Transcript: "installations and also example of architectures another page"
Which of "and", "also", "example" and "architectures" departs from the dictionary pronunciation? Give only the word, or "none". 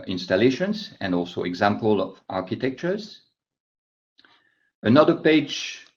none